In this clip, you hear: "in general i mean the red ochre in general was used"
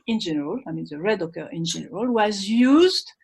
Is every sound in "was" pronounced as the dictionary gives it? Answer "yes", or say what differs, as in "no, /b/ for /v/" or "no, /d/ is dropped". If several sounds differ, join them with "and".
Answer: yes